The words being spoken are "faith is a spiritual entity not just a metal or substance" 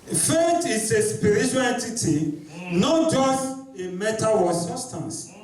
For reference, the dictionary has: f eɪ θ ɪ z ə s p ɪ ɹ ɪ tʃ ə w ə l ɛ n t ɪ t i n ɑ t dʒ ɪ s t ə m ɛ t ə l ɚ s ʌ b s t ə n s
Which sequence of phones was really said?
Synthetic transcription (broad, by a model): f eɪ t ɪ s ə s p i ɹ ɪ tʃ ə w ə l ɛ n t ɪ t i n ɑ t dʒ ɪ s t ə m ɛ t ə w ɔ s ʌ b s t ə n s